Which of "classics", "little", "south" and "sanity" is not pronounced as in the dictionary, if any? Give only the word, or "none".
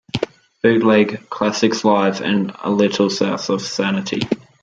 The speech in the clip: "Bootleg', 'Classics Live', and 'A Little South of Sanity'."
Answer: south